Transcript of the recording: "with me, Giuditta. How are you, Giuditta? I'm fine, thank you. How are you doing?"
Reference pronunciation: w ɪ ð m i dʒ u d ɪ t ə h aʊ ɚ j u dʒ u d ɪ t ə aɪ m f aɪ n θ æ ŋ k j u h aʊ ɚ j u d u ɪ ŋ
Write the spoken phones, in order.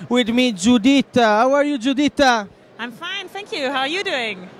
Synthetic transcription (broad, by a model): w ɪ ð m i dʒ u d ɪ t ə h aʊ ɚ j u dʒ u d ɪ t ə aɪ m f aɪ n θ æ ŋ k j u h aʊ ɚ j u d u ɪ ŋ